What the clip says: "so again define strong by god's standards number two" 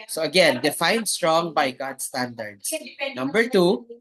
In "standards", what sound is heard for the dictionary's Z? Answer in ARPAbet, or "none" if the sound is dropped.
S